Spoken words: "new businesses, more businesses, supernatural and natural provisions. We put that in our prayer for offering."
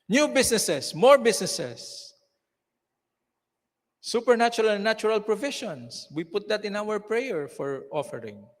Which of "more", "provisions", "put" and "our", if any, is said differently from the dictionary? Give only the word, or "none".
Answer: provisions